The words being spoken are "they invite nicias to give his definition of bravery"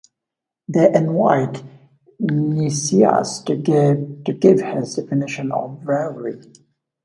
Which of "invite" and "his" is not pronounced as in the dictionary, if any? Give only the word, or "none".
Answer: invite